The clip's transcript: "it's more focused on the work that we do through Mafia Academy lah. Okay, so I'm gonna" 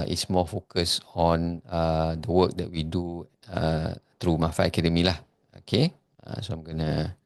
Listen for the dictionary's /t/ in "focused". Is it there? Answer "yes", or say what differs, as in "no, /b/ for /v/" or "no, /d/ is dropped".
no, /t/ is dropped